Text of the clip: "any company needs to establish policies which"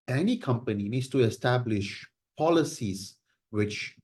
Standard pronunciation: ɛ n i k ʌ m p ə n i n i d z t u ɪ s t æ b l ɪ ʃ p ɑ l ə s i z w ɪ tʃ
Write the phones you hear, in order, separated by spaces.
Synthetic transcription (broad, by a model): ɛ n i k ʌ m p ə n i n i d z t u ɪ s t æ b l ɪ ʃ p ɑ l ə s i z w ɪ tʃ